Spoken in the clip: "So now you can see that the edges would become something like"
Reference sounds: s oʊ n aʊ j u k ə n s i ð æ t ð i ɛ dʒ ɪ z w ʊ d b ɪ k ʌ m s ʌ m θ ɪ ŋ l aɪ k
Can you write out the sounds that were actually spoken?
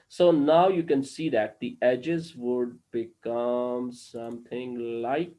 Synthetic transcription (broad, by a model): s oʊ n aʊ j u k ə n s i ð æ t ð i ɛ dʒ ɪ z w ʊ d b ɪ k ʌ m s ʌ m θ ɪ ŋ l aɪ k